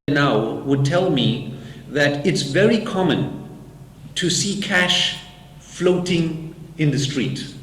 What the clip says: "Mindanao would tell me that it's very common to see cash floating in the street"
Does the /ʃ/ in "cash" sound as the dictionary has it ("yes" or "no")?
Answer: yes